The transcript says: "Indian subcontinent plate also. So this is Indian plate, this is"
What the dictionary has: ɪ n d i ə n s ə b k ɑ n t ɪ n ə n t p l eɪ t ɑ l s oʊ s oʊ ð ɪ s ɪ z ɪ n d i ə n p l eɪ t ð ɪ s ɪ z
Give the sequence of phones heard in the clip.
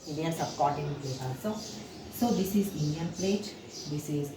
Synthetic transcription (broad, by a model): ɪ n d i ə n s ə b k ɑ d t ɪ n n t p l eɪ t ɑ s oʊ s oʊ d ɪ s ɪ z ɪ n d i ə n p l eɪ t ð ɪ s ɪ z